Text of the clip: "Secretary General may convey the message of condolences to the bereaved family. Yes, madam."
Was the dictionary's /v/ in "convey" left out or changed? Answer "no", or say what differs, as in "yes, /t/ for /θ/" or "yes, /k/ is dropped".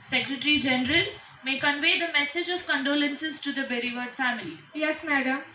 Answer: no